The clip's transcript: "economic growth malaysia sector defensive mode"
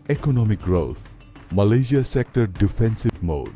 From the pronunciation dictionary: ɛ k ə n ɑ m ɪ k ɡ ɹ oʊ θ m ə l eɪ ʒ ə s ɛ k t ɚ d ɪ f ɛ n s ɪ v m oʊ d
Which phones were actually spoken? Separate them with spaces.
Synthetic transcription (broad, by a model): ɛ k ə n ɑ m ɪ k ɡ ɹ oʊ t m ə l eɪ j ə s ɛ k t ɚ d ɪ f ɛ n s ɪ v m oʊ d